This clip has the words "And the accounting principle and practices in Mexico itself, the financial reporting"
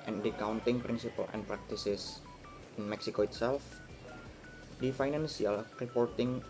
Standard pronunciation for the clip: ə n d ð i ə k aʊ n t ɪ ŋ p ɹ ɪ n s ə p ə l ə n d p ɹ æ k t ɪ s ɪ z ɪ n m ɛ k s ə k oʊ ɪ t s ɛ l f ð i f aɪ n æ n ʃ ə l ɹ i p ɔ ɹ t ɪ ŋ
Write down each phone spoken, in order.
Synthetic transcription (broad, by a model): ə n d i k aʊ n t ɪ ŋ p ɹ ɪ n s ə p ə l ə n p ɹ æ k t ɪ s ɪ s ɪ n m ɛ k s ə k oʊ ɪ t s ɛ l f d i f aɪ n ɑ n s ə l ɹ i p ɔ ɹ t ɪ ŋ